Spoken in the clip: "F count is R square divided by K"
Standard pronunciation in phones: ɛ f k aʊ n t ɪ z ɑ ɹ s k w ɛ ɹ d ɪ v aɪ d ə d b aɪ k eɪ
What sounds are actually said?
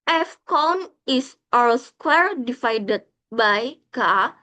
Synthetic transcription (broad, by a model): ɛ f k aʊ n ɪ s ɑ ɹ s k w ɛ ɹ d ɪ f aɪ d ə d b aɪ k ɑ